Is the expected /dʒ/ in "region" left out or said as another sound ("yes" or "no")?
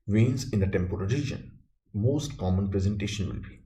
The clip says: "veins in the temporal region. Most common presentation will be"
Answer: no